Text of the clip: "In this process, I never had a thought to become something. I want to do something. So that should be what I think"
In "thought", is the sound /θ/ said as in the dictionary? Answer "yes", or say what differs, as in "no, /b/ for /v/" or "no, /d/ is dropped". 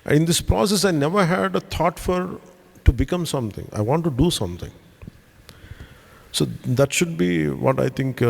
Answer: no, /f/ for /θ/